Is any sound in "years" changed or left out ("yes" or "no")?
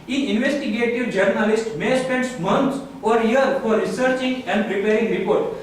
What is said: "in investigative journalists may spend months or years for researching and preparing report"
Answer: yes